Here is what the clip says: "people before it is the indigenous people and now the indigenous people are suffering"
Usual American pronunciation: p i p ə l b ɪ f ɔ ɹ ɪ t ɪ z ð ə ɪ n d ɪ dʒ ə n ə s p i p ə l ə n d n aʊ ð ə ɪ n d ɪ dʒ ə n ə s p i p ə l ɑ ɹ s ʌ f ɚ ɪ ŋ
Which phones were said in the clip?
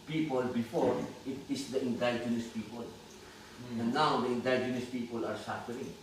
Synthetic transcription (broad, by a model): p i p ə l b ɪ f ɔ ɹ ɪ t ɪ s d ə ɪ n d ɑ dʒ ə n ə s p i p ə l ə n n aʊ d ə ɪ n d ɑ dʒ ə n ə s p i p ə l ɑ ɹ s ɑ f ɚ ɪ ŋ